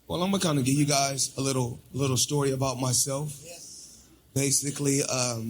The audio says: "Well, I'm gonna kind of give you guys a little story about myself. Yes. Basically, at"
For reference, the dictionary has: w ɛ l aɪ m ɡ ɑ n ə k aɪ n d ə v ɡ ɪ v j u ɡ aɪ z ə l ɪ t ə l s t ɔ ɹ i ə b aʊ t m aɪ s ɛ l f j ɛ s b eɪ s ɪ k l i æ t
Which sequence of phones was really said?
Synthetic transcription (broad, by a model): w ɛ l aɪ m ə k aɪ n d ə ɡ ɪ v j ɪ ɡ aɪ z ə l ɪ t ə l s t ɔ ɹ i ə b aʊ t m aɪ s ɛ l f b eɪ s ɪ k l i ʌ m